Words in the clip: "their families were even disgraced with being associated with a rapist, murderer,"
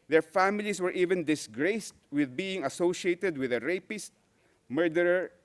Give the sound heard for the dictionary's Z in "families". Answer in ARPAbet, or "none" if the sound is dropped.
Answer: S